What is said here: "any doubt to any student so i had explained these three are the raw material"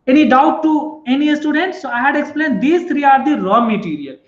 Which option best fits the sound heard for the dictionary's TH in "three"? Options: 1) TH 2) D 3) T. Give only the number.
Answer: 3